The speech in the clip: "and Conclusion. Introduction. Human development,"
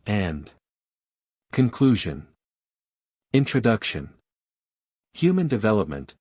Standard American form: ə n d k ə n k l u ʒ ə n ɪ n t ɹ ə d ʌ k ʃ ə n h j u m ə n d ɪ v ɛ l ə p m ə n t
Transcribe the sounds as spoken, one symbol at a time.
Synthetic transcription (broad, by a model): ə n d k ə n k l u ʒ ə n ɪ n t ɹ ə d ʌ k ʃ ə n h j u m ə n d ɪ v ɛ l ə p m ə n t